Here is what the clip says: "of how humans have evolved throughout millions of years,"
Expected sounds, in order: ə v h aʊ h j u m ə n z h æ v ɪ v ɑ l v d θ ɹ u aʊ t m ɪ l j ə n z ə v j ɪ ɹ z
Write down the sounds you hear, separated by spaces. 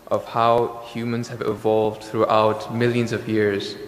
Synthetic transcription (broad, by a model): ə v h aʊ h j u m ə n z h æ v ɪ v ɑ l v d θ ɹ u aʊ t m ɪ l j ə n z ə v j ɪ ɹ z